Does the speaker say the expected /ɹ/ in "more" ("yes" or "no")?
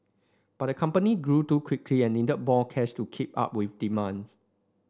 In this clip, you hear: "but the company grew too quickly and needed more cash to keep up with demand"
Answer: no